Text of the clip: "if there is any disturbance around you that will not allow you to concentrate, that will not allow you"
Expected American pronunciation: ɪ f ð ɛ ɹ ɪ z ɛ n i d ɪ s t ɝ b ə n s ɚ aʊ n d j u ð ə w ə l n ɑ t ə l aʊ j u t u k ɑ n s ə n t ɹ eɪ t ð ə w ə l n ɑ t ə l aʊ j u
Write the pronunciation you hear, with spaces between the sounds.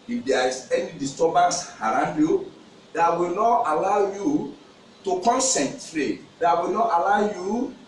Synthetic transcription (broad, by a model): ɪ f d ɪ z ɛ n i d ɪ s t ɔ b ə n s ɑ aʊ n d j u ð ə w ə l n ɑ t ə l aʊ j u t u k ɑ n s ə n t ɹ eɪ t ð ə w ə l n ɑ t ə l aʊ j u